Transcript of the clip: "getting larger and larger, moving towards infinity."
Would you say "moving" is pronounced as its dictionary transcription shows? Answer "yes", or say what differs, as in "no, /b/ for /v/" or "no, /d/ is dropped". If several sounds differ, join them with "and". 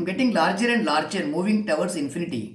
yes